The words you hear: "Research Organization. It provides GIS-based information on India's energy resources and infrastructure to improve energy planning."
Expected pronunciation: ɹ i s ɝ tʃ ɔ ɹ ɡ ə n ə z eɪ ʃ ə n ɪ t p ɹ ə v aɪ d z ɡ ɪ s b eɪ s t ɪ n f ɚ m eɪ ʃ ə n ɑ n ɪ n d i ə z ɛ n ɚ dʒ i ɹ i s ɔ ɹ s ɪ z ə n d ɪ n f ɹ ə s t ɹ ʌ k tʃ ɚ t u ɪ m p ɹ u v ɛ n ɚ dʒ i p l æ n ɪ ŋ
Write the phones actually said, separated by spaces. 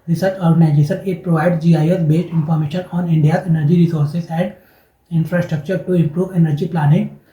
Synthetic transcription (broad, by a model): ɹ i s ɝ tʃ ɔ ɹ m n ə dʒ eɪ s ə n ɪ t p ɹ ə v aɪ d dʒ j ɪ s b eɪ s t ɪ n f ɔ m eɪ ʃ ə n ɑ n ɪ n d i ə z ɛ n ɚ dʒ i ɹ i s ɔ ɹ s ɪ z ə n d ɪ n f ɹ ə s t ɹ ʌ k tʃ ɚ t u ɪ m p ɹ u v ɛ n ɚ dʒ i p l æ n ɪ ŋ